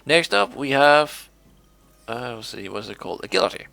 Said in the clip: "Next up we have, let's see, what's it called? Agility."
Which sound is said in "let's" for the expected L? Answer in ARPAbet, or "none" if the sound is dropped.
W